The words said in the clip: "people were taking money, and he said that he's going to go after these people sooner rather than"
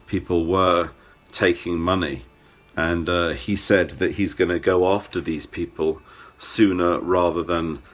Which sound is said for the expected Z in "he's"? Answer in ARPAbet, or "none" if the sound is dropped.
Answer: Z